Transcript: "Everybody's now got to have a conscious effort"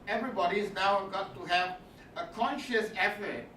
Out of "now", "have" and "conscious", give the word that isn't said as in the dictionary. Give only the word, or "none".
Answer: none